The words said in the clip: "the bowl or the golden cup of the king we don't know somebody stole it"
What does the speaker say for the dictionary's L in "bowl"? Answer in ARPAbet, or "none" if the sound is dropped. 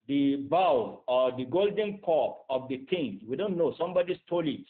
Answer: W